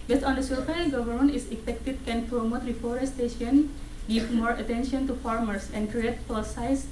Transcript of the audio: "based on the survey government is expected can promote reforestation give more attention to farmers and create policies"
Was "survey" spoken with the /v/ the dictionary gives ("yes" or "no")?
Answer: no